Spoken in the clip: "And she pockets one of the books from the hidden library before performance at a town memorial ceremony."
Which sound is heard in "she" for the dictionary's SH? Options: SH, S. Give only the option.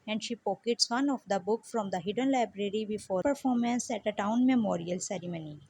SH